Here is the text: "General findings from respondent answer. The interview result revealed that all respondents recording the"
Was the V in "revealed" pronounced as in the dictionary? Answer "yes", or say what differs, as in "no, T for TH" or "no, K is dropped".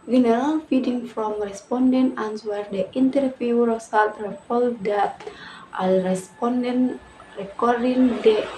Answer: no, P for V